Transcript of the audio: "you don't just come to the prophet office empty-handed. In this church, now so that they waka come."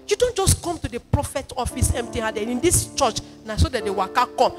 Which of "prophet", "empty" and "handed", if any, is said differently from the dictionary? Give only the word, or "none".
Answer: handed